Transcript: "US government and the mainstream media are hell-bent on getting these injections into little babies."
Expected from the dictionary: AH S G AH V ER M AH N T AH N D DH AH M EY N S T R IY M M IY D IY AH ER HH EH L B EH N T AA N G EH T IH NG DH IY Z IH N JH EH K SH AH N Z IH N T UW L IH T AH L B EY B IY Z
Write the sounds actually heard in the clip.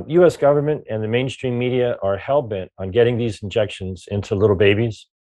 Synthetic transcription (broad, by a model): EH S G AH V ER M AH N T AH N DH AH M EY N S T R IY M M IY D IY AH ER HH EH L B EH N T N G EH T IH NG DH IY Z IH N JH EH K SH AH N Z IH N T UW L IH T L B EY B IY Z